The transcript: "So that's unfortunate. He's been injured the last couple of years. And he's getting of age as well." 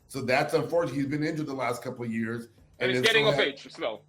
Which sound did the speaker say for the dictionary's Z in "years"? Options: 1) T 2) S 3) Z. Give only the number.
3